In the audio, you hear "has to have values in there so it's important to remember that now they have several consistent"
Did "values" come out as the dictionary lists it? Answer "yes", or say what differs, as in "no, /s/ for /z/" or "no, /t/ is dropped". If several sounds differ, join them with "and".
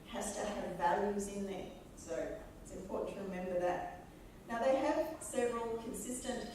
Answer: yes